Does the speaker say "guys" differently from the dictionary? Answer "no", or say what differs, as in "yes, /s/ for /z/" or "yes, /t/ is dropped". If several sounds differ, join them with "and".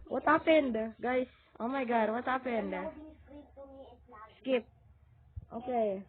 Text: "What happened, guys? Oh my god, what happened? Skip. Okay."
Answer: yes, /s/ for /z/